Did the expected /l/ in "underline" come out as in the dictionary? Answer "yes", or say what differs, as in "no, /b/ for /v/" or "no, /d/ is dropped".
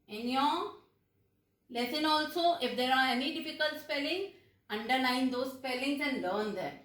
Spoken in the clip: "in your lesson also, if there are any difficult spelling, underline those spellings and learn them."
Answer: no, /n/ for /l/